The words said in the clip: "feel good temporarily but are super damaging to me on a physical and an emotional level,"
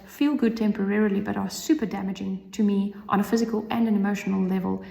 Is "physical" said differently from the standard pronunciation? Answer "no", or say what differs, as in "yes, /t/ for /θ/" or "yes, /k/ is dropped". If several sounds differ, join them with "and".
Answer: no